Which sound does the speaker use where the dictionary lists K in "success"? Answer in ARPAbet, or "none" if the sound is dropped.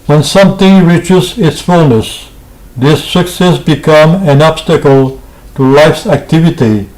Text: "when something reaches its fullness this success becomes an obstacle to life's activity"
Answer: K